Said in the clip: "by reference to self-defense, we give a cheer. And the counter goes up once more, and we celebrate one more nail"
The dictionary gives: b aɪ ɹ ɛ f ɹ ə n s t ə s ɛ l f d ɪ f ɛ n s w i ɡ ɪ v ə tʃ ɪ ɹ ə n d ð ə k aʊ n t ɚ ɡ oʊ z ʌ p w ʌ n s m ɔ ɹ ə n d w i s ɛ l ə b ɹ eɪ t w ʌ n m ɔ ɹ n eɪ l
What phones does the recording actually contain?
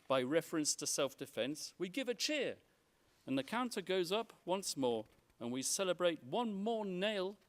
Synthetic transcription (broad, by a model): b aɪ ɹ ɛ f ɹ ə n s t ə s ɛ l f d ɪ f ɛ n s w i ɡ ɪ v ə tʃ ɪ ɹ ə n ð ə k aʊ n t ɚ ɡ oʊ z ʌ p w ʌ n s m ɔ ɹ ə n w i s ɛ l ə b ɹ eɪ t w ʌ n m ɔ ɹ n eɪ l